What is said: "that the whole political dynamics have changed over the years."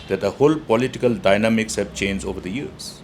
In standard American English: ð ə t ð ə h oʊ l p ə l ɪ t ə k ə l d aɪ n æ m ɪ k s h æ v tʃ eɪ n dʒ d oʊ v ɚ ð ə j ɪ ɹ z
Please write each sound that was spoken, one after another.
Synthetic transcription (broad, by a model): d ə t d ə h oʊ l p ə l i t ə k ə l d aɪ n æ m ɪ k s h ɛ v tʃ eɪ n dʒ oʊ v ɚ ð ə j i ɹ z